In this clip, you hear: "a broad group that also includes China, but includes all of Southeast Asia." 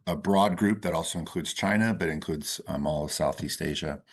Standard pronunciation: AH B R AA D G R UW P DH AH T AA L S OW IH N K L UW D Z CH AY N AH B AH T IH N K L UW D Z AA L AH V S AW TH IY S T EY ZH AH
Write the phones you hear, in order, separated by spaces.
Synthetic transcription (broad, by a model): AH B R AA D G R UW P DH AH T AA L S OW IH N K L UW D Z CH AY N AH B AH T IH N K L UW D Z AA L AH V S AW TH IY S T EY ZH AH